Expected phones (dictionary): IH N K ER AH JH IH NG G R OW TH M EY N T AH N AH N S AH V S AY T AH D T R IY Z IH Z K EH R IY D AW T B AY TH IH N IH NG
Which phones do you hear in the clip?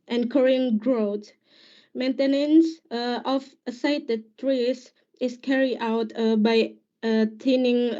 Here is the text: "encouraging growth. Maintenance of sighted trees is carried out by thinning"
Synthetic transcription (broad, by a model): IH N K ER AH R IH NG G R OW T M EY N T AH N AH N S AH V S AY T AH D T R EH S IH S K EH R IY D AW T B AY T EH N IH NG